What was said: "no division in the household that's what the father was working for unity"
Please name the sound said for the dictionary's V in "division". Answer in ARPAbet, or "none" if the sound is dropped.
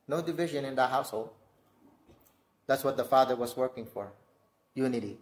V